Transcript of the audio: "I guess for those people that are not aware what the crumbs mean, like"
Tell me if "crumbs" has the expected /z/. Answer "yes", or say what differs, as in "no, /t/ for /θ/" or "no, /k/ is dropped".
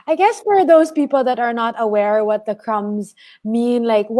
yes